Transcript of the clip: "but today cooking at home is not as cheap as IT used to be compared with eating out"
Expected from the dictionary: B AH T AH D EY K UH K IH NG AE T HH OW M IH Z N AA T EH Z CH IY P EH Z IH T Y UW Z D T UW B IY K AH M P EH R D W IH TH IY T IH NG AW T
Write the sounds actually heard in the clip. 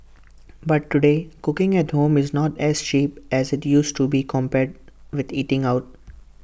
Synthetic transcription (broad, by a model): B AH T AH D EY K UH K IH NG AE T HH OW M IH Z N AA T EH Z CH IY P EH Z IH T Y UW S T UW B IY K AH M P EH R D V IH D IY T IH NG AW T